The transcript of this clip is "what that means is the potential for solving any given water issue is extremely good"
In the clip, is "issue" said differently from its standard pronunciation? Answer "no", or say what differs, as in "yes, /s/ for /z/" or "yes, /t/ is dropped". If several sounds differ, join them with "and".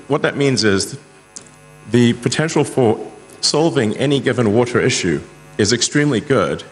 no